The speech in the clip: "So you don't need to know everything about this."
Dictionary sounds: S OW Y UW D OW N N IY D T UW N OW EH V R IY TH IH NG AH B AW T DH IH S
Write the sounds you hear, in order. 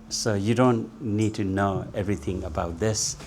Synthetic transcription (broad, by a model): S OW Y UW D OW N N IY D T UW N OW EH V R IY T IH NG AH B AW T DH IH S